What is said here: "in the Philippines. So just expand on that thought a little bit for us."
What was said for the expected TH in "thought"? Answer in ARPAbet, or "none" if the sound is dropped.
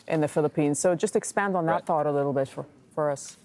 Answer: TH